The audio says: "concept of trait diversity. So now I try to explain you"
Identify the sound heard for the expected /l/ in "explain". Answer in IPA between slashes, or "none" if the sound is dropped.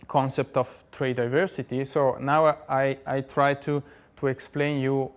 /l/